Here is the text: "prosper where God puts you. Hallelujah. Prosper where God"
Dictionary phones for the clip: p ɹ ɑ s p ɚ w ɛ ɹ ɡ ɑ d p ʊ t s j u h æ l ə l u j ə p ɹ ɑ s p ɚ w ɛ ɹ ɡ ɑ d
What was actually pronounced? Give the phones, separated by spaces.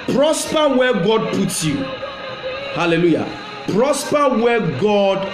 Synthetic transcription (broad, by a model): p ɹ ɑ s p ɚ w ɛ ɡ ɑ d p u t j u h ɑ l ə l u j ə p ɹ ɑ s p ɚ w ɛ ɡ ɑ d